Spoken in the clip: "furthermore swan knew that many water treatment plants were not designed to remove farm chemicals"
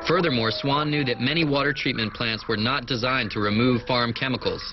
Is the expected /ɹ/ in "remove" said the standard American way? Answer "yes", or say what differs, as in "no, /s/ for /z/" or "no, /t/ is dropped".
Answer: yes